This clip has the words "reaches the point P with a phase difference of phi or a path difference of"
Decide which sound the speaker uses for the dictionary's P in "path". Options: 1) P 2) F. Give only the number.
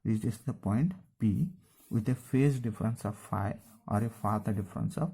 2